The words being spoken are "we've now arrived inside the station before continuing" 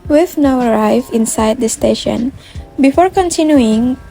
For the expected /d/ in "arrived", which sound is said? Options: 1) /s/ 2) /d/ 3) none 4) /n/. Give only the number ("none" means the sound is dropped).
3